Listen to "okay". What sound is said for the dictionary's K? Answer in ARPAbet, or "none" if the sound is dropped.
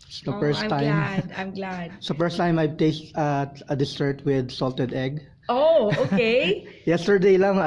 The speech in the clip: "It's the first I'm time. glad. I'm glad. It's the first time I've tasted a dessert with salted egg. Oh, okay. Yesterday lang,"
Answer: none